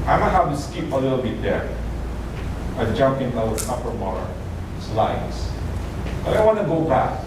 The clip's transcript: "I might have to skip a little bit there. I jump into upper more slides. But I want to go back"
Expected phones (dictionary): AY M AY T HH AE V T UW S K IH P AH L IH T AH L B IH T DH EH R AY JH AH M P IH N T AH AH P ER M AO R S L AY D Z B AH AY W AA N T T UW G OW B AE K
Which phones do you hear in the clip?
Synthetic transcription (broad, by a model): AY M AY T HH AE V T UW S K IH P AH L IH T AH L B IH T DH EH R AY JH AH M P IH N S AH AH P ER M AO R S L AY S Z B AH AY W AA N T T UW G OW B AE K